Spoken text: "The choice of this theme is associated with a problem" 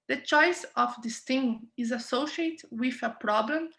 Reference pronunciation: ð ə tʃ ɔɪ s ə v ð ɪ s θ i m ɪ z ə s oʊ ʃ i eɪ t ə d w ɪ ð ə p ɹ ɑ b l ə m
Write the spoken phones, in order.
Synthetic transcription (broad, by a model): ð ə tʃ ɔɪ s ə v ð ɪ s t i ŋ ɪ z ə s oʊ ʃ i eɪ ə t w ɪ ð ə p ɹ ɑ b l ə m